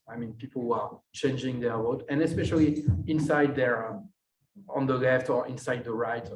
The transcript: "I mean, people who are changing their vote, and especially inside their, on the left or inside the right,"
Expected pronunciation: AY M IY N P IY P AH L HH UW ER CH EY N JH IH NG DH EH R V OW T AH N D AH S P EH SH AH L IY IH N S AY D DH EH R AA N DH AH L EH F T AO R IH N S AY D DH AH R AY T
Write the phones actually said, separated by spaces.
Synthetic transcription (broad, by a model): AY M IY N P IY P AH L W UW ER CH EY N JH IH NG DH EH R W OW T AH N AH S P EH SH AH L IY IH N S AY D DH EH R AA N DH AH L EH F T AO R IH N S AY D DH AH R AY T